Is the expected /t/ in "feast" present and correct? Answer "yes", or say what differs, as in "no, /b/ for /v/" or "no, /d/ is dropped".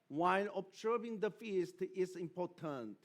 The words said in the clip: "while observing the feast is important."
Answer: yes